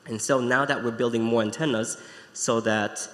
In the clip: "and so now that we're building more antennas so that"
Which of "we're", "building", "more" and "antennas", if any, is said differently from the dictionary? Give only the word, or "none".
none